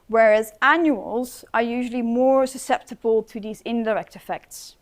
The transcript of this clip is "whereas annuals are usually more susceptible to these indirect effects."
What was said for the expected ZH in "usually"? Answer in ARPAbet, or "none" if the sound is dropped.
ZH